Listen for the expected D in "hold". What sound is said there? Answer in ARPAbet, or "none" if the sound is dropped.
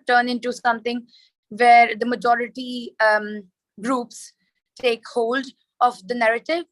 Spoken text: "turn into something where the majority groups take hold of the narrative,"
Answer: D